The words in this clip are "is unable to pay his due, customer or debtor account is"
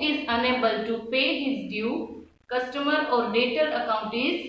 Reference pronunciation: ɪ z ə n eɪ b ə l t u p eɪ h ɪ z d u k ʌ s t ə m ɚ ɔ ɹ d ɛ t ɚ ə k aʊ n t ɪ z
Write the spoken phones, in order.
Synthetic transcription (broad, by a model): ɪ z ə n eɪ b ə l t u p eɪ h ɪ z d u k ʌ s t ə m ɚ ɔ ɹ d ɛ t ɚ ə k aʊ n t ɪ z